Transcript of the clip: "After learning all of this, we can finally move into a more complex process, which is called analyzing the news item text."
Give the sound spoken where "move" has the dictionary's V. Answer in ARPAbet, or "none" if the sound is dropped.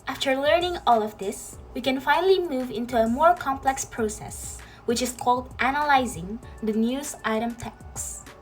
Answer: V